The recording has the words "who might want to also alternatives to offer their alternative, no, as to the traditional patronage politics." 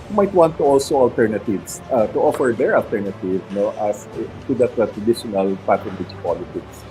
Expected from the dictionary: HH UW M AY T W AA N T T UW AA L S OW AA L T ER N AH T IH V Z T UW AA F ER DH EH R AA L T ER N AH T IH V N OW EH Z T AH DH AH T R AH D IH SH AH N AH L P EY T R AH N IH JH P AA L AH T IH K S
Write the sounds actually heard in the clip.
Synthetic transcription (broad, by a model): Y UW M AY T W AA N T T UW AA L S OW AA L T ER N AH T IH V S T UW AA F ER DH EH R AA L T ER N AH T IH V N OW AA S T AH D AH T R AH D IH SH AH N AH L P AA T AH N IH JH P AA L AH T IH K S